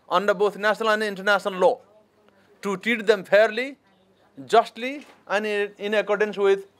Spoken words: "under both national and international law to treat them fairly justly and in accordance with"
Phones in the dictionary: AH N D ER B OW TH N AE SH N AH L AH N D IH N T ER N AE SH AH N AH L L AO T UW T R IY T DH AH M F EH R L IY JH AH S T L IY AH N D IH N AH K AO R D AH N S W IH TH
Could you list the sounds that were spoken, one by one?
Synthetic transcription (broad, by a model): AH N D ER B OW T N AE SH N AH L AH N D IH N T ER N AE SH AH N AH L L AO T UW T IY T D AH M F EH R L IY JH AH S T L IY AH N IH N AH K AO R D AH N S W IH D